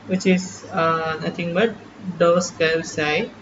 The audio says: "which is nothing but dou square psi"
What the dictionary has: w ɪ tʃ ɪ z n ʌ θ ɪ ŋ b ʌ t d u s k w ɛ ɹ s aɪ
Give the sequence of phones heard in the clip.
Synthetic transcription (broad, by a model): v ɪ tʃ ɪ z n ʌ t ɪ ŋ b ʌ t d u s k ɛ l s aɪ